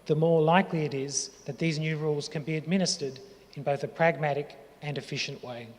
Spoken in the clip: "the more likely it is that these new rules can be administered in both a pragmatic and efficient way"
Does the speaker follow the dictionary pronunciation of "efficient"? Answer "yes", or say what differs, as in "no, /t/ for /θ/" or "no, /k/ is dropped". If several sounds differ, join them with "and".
yes